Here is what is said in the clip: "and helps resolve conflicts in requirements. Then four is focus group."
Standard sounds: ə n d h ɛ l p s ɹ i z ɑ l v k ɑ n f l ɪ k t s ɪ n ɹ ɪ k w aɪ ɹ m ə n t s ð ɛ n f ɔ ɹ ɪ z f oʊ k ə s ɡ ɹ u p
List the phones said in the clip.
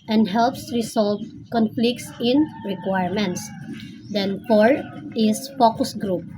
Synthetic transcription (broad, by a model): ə n d h ɛ l p s ɹ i s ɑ l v k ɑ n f l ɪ k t s ɪ n ɹ ɪ k w aɪ ɹ m ə n t s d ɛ n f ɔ ɹ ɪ s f oʊ k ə s ɡ ɹ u p